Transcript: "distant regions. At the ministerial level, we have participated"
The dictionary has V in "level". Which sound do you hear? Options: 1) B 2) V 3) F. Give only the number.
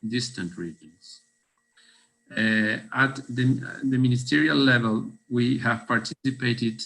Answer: 2